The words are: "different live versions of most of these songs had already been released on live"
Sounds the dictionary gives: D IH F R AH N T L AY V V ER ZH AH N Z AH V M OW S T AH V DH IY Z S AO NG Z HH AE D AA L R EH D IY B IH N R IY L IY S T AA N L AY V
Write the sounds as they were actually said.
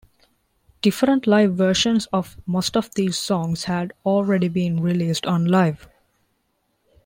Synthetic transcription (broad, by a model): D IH F R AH N T L AY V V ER SH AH N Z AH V M OW S T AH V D IY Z S AO NG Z HH AE D AA L R EH D IY B IH N R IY L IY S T AA N L AY V